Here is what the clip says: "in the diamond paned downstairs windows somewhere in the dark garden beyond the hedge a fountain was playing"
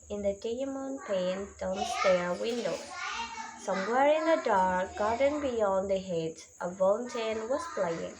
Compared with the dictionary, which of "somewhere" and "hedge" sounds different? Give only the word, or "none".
hedge